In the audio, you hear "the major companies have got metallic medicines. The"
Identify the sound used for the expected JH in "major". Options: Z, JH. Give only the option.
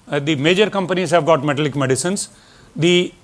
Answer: JH